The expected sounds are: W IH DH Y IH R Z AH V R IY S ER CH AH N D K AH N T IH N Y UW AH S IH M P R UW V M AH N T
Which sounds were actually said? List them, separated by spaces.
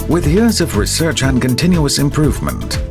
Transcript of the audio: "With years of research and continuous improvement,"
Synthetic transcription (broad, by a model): W IH DH Y IH R Z AH V R IY S ER CH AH N K AH N T IH N Y UW AH S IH M P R UW V M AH N T